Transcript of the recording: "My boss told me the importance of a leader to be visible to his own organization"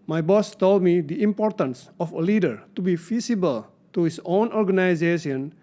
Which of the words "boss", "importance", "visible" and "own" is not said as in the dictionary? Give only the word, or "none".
visible